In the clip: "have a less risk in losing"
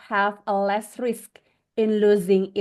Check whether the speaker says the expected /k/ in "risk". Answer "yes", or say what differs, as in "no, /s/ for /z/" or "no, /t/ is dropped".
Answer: yes